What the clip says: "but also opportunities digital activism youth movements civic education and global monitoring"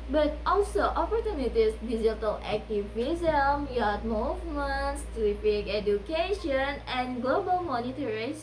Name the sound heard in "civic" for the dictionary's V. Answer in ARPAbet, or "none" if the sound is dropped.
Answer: P